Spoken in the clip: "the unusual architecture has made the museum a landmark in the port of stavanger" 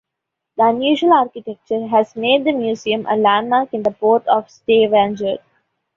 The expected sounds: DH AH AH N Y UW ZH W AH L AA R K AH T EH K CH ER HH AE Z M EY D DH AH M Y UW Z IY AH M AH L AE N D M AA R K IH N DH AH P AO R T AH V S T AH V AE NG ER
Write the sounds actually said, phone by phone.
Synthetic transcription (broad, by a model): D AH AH N Y UW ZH AH L AA R K AH T EH K CH ER HH AE Z M EY D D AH M Y UW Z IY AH M AH L AE N D M AA R K IH N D AH P AO R T AH V S T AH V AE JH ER